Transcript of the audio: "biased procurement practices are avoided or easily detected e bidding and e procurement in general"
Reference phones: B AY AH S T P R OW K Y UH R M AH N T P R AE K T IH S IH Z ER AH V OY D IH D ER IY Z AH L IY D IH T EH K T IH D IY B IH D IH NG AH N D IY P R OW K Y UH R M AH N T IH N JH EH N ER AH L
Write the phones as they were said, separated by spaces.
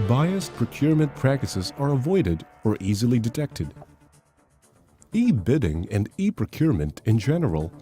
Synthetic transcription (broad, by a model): B AY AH S P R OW K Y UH R M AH N P R AE K T IH S IH Z ER AH V OY D IH D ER IY Z AH L IY D IH T EH K T IH D IY B IH D IH NG AH N D IY P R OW K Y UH R M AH N T IH N JH EH N ER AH L